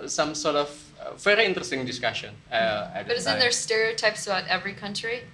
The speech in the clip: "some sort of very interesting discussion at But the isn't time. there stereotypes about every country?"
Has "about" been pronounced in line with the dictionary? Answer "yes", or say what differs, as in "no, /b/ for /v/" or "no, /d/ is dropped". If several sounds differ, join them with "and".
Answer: no, /b/ is dropped